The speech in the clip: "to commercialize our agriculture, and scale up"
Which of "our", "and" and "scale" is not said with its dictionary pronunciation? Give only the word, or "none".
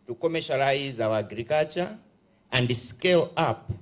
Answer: our